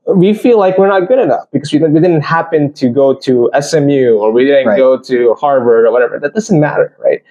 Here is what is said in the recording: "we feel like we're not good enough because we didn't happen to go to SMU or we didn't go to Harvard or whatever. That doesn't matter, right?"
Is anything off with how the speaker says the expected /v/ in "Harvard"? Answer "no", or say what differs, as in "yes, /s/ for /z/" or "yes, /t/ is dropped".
no